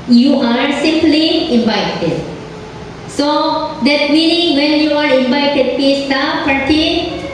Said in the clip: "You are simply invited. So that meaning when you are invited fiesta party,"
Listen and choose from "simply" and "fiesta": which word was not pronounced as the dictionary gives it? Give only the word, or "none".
fiesta